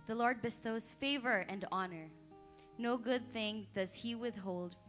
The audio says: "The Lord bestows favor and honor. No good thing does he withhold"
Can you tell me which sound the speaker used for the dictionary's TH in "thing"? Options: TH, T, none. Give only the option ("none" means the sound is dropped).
TH